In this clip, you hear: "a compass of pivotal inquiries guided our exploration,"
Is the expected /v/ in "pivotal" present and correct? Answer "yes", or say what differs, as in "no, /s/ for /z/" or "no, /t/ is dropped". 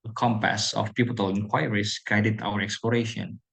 no, /p/ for /v/